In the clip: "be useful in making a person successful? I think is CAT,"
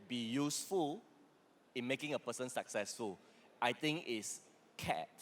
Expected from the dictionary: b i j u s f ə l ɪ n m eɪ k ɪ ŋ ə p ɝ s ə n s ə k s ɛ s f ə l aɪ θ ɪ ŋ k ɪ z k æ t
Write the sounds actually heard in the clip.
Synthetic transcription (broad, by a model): b i j u s f ə l ɪ n m eɪ k ɪ ŋ ə p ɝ s ə n s ə k s ɛ s f ə l aɪ t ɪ ŋ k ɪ s k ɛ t